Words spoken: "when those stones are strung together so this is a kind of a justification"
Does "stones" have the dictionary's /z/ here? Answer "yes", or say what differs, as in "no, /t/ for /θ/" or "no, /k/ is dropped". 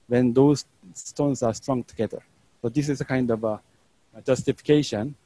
no, /s/ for /z/